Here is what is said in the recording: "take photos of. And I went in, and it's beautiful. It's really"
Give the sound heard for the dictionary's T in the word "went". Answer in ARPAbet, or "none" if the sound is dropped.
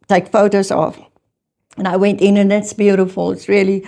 T